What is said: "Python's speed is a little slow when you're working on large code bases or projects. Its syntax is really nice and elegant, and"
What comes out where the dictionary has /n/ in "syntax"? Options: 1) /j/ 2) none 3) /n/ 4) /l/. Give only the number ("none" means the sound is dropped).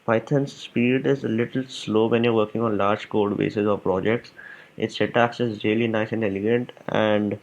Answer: 2